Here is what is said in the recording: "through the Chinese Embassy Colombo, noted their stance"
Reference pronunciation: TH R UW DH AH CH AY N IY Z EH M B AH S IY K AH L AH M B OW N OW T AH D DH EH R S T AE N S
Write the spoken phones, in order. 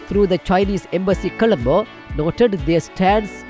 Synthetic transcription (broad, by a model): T R UW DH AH CH AY N IY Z EH M B AH S IY K AH L AH M B OW N OW T AH D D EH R S T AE N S